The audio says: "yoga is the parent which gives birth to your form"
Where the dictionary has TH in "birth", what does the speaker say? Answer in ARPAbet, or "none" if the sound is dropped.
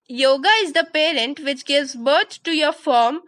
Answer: T